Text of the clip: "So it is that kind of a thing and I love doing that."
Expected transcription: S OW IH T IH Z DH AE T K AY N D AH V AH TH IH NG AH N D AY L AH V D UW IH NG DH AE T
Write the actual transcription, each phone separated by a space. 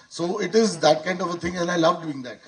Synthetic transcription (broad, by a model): S OW IH T IH Z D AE T K AY N D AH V AH T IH NG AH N AY L AH V D UW IH NG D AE T